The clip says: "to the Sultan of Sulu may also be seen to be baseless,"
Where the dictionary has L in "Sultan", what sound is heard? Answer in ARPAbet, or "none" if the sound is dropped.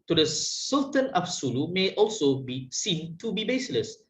L